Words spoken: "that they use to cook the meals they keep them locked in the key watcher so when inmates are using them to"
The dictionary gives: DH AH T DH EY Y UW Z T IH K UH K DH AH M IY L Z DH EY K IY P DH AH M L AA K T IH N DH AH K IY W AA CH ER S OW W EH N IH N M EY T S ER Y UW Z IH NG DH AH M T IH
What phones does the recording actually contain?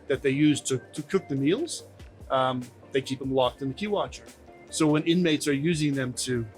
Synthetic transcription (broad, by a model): DH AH T DH EY Y UW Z T IH K UH K DH AH M IY L Z DH EY K IY P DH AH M L AA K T IH N DH AH K IY W AA CH ER S OW W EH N IH N M EY T S ER Y UW Z IH NG DH AH M T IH